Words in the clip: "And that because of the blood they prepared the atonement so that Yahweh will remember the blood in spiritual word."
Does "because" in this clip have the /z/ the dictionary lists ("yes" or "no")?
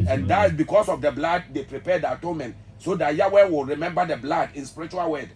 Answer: no